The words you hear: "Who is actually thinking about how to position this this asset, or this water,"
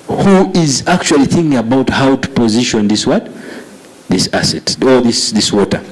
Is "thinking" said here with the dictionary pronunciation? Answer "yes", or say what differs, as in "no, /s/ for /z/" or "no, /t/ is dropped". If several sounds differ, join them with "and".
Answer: yes